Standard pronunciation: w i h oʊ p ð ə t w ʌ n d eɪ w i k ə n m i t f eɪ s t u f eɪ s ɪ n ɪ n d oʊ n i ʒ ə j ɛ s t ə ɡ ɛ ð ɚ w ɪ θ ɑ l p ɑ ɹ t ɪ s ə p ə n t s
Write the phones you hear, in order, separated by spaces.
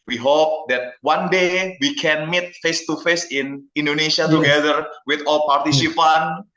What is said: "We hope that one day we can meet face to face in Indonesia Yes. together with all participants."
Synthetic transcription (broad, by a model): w i h oʊ p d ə t w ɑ n d eɪ w i k ə n m i t f eɪ s t u f eɪ s ɪ n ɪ n d oʊ n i s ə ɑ t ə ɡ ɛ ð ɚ w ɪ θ ɑ l p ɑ ɹ t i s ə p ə n